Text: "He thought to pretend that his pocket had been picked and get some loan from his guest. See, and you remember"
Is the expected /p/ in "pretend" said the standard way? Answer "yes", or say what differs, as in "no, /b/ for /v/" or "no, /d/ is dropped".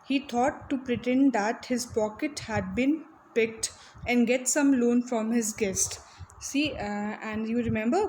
yes